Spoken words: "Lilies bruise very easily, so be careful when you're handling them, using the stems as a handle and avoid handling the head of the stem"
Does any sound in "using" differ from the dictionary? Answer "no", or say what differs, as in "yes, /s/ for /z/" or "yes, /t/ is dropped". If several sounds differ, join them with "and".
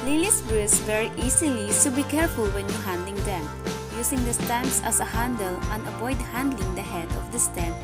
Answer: yes, /s/ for /z/